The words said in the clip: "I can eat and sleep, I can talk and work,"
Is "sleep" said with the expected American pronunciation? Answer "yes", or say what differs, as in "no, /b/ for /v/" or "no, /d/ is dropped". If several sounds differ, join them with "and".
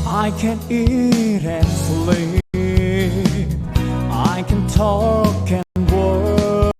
no, /p/ is dropped